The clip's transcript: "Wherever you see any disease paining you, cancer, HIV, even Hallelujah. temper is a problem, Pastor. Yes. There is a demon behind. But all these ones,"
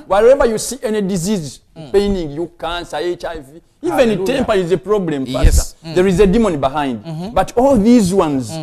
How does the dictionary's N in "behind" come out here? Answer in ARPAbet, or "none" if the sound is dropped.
N